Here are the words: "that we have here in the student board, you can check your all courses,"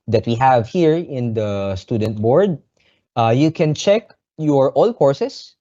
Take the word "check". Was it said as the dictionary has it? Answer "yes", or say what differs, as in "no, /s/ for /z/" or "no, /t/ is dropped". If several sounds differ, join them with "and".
yes